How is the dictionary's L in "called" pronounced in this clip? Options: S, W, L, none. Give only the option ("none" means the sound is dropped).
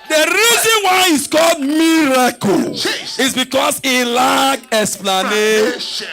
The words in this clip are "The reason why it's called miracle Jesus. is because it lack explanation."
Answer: L